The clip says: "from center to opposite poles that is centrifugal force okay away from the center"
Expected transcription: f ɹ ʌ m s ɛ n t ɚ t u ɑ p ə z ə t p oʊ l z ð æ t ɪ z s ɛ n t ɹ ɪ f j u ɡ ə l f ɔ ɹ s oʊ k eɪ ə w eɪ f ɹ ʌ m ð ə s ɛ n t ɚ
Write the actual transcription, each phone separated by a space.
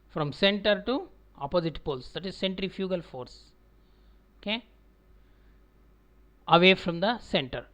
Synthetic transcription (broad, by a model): f ɹ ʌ m s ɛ n t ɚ t u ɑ p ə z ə t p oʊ l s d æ t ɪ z s ɛ n t ɹ ɪ f j u ɡ ə l f ɔ ɹ s oʊ k eɪ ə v eɪ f ɹ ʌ m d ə s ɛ n t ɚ